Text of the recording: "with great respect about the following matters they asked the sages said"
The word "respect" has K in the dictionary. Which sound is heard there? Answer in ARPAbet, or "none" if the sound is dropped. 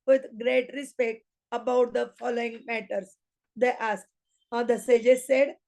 K